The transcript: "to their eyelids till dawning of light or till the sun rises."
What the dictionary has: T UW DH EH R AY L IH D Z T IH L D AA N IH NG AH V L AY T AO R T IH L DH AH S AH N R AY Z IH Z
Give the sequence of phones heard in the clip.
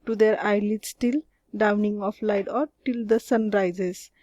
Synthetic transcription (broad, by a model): T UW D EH R AY L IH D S T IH L D AA N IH NG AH P L AY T AO R T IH L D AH S AH N R AY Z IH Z